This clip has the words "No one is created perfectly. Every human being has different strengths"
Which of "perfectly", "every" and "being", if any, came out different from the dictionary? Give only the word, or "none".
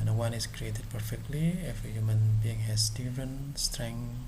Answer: every